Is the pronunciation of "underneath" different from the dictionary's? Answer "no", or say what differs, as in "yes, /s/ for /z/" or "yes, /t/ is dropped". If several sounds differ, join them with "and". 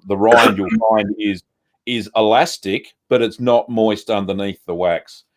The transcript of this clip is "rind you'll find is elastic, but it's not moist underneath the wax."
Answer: no